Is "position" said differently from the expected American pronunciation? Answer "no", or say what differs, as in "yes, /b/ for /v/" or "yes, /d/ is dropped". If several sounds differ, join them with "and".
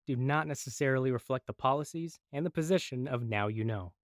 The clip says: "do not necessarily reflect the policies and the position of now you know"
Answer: no